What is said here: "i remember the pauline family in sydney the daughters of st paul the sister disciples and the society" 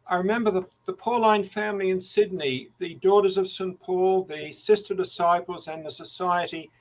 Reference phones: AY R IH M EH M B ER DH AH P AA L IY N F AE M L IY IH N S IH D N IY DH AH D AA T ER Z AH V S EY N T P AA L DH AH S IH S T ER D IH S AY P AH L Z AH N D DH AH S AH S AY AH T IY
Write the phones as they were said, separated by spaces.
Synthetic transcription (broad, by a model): AY R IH M EH M B ER DH AH P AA L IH N F AE M L IY IH N S IH D N IY DH AH D AA T ER Z AH V S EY N P AA L DH AH S IH S T ER D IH S AY P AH L Z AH N DH AH S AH S AY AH T IY